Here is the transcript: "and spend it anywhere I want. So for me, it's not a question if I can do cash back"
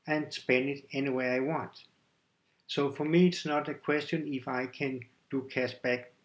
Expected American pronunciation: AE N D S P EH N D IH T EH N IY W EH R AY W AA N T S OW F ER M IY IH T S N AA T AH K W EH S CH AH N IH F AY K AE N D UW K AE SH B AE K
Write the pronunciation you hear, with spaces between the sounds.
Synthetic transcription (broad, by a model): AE N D S P EH N D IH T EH N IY W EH AY W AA N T S OW F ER M IY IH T S N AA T AH K W EH S CH AH N IH F AY K AE N D UW K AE S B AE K